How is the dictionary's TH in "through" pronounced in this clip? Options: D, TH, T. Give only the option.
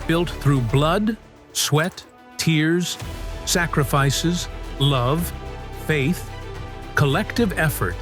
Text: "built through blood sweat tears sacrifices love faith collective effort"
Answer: TH